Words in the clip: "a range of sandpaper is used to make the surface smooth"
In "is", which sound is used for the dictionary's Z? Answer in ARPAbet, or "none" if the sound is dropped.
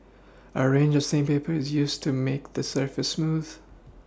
Z